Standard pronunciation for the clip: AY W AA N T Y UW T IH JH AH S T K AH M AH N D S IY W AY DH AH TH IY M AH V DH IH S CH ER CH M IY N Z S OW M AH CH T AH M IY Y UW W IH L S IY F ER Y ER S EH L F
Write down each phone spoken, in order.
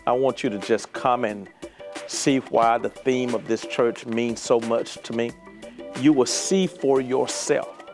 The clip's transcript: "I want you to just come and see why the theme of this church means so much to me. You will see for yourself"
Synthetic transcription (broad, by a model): AY W AA N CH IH T IH JH AH S K AH M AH N S IY W AY DH AH TH IY M AH V DH IH S CH ER CH M IY N Z S OW M AH CH T AH M IY Y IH W IH L S IY F ER Y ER S EH L F